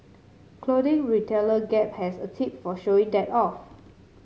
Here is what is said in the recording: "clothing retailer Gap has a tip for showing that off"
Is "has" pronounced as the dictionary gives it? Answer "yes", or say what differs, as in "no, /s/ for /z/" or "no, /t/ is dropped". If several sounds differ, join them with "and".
no, /s/ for /z/